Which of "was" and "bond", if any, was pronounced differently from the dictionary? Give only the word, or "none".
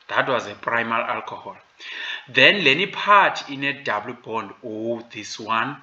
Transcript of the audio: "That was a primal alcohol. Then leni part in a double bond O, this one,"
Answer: none